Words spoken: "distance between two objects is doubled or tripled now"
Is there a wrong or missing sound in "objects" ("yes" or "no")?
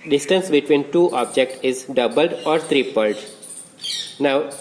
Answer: yes